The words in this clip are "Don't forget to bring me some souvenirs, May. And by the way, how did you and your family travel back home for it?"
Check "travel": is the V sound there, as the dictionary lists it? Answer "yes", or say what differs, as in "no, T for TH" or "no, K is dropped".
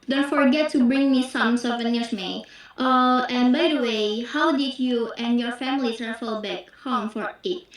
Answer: no, F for V